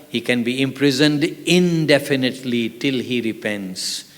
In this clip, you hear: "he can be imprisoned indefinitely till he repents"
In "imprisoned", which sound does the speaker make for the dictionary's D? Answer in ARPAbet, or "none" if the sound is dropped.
D